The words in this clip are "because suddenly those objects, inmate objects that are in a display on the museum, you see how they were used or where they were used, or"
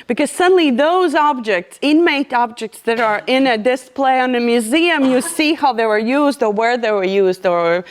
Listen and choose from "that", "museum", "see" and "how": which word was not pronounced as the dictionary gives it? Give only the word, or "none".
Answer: none